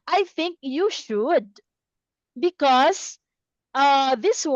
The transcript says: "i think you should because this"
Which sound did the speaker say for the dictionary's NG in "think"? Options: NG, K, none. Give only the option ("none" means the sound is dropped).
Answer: NG